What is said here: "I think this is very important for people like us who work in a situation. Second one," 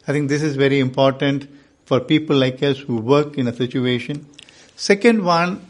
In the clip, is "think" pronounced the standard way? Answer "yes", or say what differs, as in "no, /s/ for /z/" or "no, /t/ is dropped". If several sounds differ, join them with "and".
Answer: no, /t/ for /θ/